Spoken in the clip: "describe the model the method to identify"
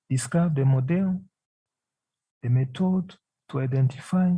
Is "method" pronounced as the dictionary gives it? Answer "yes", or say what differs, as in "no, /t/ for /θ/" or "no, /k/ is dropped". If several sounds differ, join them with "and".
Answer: no, /t/ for /θ/